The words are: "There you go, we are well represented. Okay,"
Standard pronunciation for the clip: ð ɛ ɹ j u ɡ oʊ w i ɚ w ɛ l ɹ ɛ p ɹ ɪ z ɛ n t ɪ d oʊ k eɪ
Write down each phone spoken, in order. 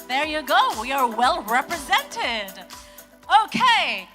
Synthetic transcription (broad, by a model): ð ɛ ɹ j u ɡ oʊ w i ɚ w ɛ l ɹ ɛ p ɹ ɪ z ɛ n t ɪ d oʊ k eɪ